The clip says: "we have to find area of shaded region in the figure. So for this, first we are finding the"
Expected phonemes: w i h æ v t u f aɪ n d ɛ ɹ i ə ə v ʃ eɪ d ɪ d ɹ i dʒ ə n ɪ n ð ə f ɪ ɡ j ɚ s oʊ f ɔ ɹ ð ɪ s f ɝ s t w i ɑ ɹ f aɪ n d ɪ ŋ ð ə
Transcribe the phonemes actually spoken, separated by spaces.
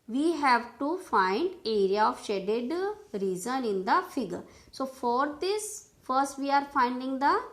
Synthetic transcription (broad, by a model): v i h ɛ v t u f aɪ n d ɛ ɹ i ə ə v ʃ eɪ d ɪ d ɹ i z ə n ɪ n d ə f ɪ ɡ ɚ s oʊ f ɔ ɹ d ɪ s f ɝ s t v i ɑ ɹ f aɪ n d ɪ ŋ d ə